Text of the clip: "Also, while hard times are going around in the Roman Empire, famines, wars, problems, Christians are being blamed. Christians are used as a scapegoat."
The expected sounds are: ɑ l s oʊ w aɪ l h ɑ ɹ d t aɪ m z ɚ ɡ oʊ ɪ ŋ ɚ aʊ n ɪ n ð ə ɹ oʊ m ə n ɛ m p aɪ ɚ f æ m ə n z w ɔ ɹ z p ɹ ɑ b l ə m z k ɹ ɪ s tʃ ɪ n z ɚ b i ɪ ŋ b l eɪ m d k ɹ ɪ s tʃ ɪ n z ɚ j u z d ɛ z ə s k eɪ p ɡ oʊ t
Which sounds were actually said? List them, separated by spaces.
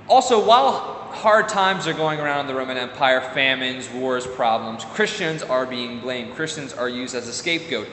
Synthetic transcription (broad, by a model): ɑ l s oʊ w aɪ l h ɑ ɹ d t aɪ m z ɚ ɡ oʊ ɪ ŋ ɚ aʊ n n ð ə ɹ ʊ m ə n ɛ m p aɪ ɚ f æ m ə n z w ɔ ɹ z p ɹ ɑ b l ə m z k ɹ ɪ s tʃ ɪ n z ɚ b i ɪ ŋ b l eɪ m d k ɹ ɪ s tʃ ɪ n z ɚ j u z d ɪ z ə s k eɪ p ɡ oʊ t